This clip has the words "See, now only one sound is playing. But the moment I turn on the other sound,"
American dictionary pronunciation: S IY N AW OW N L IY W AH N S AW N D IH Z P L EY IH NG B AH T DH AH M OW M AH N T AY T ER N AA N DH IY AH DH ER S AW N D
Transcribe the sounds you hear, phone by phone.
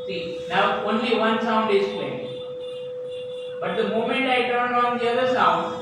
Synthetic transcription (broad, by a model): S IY N AW OW N L IY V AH N S AW N D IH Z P EY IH B AH T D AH M OW M AH N T AY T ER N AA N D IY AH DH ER S AW N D